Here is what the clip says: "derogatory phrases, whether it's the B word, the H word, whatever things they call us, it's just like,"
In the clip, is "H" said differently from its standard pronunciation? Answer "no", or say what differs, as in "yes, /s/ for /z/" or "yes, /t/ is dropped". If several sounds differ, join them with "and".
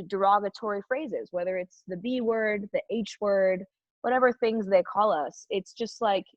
no